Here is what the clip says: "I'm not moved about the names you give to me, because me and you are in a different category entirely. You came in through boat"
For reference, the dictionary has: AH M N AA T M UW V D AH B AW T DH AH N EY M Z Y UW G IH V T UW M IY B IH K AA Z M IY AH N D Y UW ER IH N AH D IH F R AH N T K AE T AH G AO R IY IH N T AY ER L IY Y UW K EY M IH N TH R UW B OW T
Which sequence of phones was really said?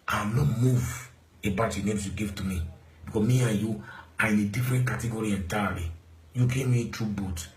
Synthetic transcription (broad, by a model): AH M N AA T M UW V AH B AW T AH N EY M S Y UW G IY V T UW M IY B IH K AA M IY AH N Y UW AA IH N AH D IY F R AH N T K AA T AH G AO R IY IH N T AY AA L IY Y UW K EY M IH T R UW B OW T